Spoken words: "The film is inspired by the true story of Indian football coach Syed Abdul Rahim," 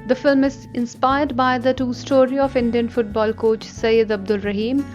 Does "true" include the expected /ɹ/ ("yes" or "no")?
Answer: no